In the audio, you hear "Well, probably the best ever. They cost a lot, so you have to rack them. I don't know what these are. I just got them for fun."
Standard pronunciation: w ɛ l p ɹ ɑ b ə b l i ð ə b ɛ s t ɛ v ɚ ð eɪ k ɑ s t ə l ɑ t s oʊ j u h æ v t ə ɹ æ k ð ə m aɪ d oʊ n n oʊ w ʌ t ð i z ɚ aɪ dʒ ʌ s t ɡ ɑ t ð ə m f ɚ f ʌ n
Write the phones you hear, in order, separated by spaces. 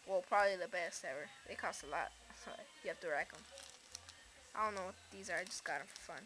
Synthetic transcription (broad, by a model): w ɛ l p ɹ ɑ b ə b l i ð ə b ɛ s t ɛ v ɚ ð eɪ k ɑ s t ə l ɑ t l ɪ j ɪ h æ f t ə ɹ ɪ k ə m aɪ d oʊ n n oʊ w ʌ t ð i z ɚ aɪ dʒ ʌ s ɡ ɑ t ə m f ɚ f ʌ n